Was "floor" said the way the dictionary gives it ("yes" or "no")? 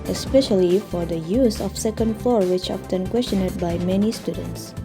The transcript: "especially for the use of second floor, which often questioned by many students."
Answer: no